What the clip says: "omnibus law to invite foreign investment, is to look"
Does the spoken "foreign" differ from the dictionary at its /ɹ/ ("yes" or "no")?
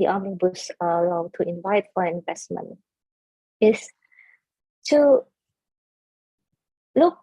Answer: yes